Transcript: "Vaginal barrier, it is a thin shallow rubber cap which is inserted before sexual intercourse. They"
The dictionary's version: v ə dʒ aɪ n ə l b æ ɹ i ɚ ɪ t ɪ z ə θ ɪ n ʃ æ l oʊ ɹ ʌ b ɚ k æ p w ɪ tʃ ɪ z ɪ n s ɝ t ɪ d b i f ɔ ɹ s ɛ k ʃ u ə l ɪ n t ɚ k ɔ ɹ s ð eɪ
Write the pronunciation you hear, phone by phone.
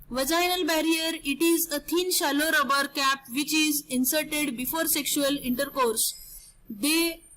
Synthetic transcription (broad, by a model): v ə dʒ aɪ n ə l b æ ɹ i ɚ ɪ t ɪ z ə t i n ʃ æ l oʊ ɹ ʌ b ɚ k æ p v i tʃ ɪ z ɪ n s ɝ t ɪ d b i f ɔ ɹ s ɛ k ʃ u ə l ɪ n t ɚ k ɔ ɹ s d eɪ